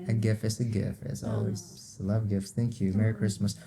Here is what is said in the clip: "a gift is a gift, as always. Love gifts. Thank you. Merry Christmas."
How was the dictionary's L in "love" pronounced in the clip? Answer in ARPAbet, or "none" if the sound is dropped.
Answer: L